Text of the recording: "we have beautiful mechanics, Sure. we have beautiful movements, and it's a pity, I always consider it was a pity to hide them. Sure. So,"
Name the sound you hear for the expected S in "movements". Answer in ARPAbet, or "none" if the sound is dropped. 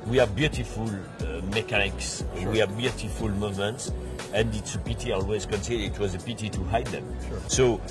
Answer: S